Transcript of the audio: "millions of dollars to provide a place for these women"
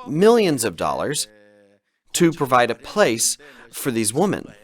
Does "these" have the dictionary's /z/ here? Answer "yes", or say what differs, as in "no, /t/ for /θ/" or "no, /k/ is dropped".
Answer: yes